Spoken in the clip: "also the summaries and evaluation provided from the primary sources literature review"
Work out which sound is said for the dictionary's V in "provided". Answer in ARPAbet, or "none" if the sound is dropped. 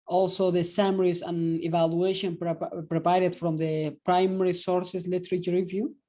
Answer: P